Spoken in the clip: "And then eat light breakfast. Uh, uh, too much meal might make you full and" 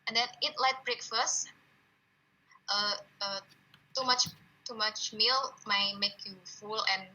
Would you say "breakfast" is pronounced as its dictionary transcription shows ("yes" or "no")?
yes